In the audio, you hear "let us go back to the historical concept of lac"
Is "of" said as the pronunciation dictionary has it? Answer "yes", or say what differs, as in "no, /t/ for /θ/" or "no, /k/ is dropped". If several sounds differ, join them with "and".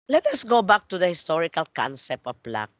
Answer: no, /p/ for /v/